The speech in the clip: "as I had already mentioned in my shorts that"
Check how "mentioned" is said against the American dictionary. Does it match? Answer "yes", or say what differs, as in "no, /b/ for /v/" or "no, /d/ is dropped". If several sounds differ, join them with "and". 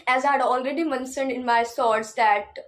no, /s/ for /ʃ/